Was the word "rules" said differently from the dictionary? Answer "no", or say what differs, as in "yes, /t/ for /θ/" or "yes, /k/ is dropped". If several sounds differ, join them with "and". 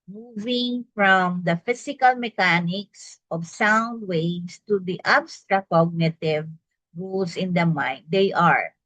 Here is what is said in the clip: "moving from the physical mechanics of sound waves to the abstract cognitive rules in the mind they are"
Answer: yes, /s/ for /z/